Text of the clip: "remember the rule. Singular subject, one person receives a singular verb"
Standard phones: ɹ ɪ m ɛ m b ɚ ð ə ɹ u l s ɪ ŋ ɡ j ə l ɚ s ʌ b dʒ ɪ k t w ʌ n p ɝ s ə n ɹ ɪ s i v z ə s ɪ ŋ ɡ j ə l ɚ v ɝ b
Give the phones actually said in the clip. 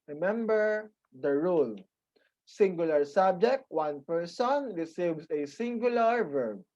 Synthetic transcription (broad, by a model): ɹ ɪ m ɛ m b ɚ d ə ɹ u l s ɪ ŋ ɡ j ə l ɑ s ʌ b dʒ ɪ k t w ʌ n p ɝ s ə n ɹ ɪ s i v s ə s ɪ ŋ ɡ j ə l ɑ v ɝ b